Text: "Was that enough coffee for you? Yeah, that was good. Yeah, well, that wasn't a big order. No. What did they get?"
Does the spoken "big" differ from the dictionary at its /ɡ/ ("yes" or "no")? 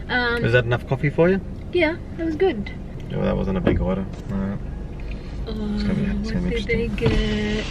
no